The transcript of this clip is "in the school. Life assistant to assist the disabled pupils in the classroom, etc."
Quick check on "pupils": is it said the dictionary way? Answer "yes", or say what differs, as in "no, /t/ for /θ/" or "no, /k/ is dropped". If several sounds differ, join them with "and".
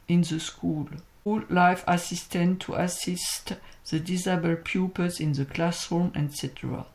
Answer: no, /l/ is dropped